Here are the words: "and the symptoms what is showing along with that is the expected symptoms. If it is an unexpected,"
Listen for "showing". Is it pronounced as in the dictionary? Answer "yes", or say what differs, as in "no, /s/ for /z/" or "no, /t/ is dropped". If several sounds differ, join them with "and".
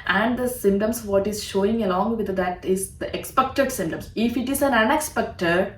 yes